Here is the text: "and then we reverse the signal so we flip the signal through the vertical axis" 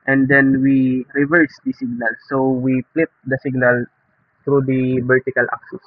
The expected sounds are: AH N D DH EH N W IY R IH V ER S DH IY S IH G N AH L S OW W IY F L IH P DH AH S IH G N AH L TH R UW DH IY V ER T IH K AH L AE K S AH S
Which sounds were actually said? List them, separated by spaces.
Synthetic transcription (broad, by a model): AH N D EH N W IY R IH V ER S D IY S IH G N AH L S OW W IY P L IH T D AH S IH G N AH L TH R UW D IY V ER T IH K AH L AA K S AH S